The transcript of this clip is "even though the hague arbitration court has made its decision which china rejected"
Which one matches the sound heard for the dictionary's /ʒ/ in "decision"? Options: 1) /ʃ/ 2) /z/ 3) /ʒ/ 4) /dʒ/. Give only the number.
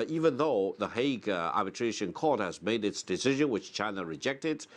3